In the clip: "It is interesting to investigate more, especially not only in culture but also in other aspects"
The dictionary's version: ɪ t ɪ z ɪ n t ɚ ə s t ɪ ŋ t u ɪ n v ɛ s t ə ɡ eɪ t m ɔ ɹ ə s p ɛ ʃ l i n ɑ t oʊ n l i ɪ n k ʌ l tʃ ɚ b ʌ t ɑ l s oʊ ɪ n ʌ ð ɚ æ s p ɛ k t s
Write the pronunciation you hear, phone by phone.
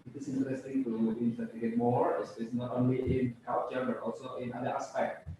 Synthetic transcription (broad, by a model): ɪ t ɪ s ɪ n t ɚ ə s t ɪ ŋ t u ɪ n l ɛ t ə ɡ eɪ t m ɔ ɹ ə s ɛ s n ɑ t oʊ n l i ɪ n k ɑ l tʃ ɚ b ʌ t ɑ l s oʊ ɪ n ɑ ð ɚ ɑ s p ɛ k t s